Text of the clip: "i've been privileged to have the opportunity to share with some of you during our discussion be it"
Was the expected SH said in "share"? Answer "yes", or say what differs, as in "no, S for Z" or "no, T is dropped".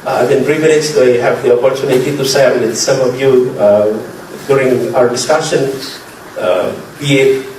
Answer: no, S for SH